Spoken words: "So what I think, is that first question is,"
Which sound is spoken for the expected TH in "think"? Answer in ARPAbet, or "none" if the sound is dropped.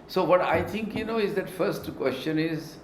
T